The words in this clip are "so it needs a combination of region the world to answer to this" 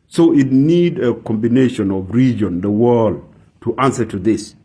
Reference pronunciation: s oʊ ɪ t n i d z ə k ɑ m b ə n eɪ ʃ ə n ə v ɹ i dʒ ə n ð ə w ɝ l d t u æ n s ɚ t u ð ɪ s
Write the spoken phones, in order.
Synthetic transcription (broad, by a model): s oʊ ɪ t n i d ə k ɑ m b ə n eɪ ʃ ə n ə v ɹ i dʒ ə n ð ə w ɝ l d t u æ n s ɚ t u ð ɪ s